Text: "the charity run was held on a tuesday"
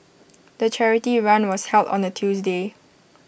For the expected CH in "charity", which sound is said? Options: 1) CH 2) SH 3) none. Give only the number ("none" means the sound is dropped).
1